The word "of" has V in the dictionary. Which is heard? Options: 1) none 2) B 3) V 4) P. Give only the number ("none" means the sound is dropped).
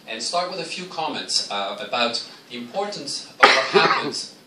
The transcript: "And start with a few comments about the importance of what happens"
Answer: 3